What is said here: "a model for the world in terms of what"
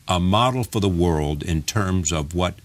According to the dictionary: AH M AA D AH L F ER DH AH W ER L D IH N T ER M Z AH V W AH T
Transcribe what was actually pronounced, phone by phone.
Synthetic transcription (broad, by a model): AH M AA D L F ER DH AH W ER L D IH N T ER M Z AH V W AH T